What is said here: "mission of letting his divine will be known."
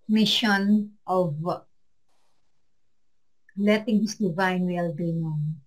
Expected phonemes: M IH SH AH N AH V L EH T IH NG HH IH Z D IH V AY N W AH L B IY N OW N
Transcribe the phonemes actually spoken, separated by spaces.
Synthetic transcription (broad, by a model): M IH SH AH N AH V L EH T IH NG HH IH S D IH V AY N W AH L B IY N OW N